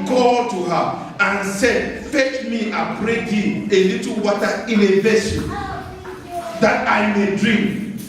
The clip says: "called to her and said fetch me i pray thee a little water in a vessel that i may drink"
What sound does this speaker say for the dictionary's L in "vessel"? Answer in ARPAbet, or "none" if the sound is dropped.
N